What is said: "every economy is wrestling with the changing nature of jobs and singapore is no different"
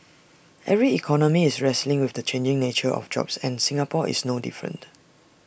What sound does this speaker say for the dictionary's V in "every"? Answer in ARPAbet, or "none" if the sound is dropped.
V